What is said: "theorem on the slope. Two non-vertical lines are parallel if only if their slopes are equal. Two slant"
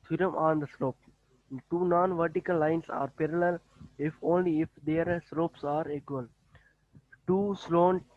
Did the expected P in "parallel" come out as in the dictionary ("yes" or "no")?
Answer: yes